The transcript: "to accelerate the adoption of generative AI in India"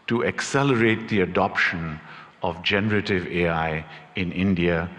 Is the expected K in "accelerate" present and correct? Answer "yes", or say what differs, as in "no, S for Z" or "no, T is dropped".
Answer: yes